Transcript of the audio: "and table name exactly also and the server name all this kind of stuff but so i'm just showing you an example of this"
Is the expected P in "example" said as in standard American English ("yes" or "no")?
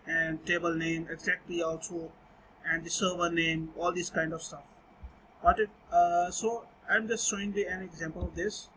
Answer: yes